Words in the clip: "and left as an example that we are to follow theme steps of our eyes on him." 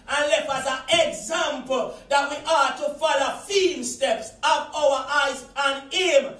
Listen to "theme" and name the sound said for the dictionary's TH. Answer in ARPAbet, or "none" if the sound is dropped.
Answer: F